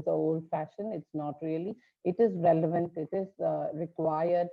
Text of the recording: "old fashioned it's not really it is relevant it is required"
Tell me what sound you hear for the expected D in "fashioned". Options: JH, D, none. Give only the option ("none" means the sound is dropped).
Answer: none